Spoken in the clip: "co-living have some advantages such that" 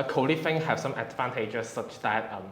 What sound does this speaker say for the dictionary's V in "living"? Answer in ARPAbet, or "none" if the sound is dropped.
F